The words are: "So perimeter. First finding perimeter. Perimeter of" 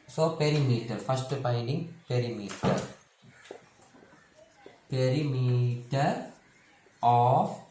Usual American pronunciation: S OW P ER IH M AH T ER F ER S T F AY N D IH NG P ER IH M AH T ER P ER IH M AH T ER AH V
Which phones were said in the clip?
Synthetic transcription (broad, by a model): S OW P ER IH M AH T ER F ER S T P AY N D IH NG P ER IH M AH T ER P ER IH M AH T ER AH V